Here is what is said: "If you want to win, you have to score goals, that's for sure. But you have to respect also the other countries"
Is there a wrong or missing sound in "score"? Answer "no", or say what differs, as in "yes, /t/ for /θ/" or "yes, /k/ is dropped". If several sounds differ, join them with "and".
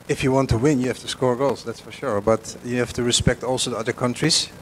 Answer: no